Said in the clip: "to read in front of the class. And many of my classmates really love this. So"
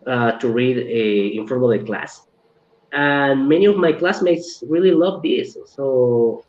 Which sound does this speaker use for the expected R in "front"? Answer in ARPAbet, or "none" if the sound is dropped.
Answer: none